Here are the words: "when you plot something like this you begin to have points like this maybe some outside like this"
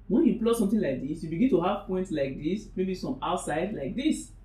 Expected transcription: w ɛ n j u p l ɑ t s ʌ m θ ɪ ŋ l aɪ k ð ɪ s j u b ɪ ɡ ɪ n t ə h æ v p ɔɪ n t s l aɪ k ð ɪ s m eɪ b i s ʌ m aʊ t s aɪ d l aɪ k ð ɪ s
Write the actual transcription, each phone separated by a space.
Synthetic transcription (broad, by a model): w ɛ n j u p l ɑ s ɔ m t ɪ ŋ l aɪ k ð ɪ s j u b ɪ ɡ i n t ə h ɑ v p ɔɪ n t s l aɪ k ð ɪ s m eɪ b i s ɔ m aʊ t s aɪ d l aɪ k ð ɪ s